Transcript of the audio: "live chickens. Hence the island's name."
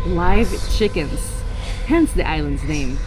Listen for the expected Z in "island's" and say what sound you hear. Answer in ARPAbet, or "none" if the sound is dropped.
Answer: Z